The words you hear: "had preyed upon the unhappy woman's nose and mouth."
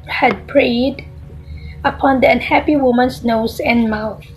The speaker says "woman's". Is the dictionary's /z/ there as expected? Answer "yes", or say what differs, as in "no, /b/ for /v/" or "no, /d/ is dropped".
no, /s/ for /z/